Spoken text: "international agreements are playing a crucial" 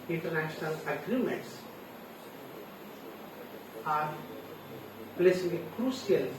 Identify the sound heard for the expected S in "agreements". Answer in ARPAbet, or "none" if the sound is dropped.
S